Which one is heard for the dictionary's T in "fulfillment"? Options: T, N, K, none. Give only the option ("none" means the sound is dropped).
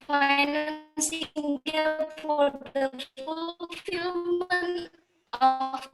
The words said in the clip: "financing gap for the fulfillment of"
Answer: none